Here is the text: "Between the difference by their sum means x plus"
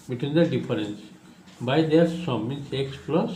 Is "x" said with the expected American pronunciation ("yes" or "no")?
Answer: yes